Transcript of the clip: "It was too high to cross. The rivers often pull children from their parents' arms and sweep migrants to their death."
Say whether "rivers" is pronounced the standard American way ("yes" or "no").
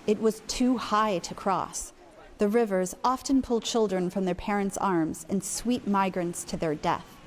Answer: yes